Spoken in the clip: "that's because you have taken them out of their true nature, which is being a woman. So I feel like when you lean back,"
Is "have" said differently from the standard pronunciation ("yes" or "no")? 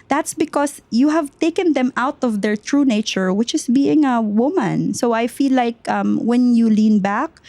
no